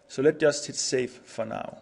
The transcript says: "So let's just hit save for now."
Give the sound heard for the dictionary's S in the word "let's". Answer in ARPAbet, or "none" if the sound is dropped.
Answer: none